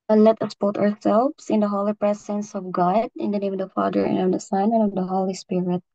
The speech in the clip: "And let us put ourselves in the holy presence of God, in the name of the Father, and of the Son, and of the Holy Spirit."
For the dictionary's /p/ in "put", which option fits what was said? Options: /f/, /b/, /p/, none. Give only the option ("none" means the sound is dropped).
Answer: /b/